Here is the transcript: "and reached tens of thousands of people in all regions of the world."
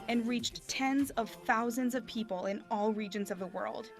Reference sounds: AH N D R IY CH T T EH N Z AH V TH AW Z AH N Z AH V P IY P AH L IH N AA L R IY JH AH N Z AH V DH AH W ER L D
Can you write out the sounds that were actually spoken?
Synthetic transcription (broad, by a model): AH N R IY CH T T EH N Z AH V TH AW Z AH N Z AH V P IY P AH L IH N AA L R IY JH AH N Z AH V DH AH W ER L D